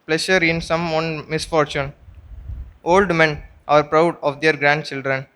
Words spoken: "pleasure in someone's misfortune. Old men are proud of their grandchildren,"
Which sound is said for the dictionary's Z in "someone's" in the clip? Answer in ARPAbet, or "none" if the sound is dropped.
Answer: none